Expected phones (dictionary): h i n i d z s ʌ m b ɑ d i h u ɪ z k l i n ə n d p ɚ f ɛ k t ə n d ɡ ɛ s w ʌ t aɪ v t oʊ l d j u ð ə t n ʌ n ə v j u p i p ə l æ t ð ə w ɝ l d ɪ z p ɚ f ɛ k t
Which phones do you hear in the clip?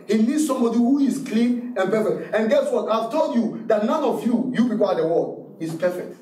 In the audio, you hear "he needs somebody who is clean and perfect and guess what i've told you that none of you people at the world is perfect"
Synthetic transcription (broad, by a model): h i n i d s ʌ m b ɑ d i h u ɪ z k l i n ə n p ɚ f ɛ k t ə n ɡ ɛ s w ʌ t aɪ v t oʊ l d j u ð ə t n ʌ n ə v j u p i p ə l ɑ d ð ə w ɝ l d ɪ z p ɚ f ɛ k t